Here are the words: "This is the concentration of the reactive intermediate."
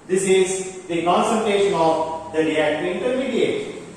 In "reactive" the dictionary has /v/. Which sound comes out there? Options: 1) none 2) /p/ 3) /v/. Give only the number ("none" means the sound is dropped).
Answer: 1